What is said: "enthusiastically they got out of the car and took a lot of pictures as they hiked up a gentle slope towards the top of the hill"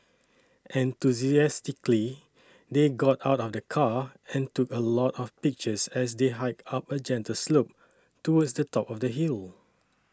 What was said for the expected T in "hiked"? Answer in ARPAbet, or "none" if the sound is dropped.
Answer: none